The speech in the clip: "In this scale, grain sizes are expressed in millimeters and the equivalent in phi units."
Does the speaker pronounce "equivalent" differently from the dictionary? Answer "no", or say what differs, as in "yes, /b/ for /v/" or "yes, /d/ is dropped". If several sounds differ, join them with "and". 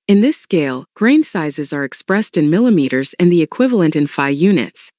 no